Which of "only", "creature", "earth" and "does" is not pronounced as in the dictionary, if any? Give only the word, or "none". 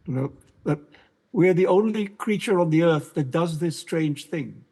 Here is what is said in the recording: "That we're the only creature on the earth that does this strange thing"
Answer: none